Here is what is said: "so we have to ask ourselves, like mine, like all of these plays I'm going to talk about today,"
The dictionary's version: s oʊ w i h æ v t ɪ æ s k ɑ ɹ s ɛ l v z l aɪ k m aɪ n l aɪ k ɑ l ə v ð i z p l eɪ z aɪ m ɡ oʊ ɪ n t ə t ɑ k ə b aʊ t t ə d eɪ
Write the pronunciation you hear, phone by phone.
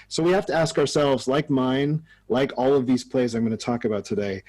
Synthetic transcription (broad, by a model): s oʊ w i h æ f t ɪ æ s k ɑ ɹ s ɛ l v z l aɪ k m aɪ n l aɪ k ɑ l ə v ð i z p l eɪ z aɪ m ɡ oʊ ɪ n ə t ɑ k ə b aʊ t t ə d eɪ